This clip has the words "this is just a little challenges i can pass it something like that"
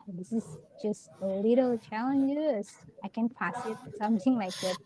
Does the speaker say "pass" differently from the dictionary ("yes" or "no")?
yes